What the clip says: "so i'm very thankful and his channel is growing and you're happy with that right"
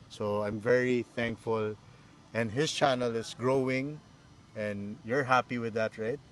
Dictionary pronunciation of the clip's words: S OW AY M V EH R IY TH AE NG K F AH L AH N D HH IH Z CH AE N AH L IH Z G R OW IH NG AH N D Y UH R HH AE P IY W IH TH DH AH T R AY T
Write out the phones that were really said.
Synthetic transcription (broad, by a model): S OW AY M V EH R IY TH AE NG K F AH L AH N D HH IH S CH AE N AH L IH S G R OW IH NG AH N D Y UH R HH AE P IY W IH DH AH T R AY T